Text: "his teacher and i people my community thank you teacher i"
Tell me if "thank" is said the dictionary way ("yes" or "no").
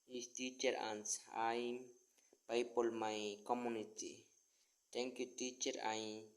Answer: no